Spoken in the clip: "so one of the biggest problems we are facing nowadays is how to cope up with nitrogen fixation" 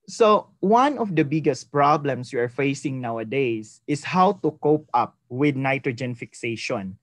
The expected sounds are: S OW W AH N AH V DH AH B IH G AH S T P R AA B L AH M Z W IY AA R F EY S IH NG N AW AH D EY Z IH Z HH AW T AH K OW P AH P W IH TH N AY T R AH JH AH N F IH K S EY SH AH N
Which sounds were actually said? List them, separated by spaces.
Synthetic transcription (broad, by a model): S OW W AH N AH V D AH B IH G AH S T P R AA B L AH M S W IY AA R F EY S IH NG N AW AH D EY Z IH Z HH AW T AH K OW P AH P W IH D N AY T R AH JH AH N F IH K S EY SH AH N